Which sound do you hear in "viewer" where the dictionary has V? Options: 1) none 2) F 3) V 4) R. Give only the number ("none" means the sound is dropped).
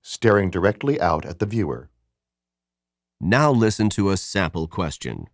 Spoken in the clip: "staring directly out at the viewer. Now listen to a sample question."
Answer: 3